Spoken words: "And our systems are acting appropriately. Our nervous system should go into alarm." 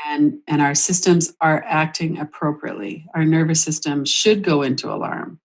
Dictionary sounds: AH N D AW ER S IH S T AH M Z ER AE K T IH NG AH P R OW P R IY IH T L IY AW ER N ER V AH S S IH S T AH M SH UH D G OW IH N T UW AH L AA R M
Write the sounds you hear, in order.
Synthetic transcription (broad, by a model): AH N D AW ER S IH S T AH M Z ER AE K T IH NG AH P R OW P R IY IH T L IY AW ER N ER V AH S S IH S T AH M SH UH D G OW IH N T UW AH L AA R M